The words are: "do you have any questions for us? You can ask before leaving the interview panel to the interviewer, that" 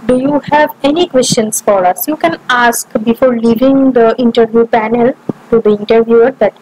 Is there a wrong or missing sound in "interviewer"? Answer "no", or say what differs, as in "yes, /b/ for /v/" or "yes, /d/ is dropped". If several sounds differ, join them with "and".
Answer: no